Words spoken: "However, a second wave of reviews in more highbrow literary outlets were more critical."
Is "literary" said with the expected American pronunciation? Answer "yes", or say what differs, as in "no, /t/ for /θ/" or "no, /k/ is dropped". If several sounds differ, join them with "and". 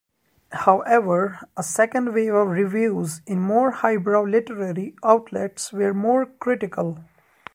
yes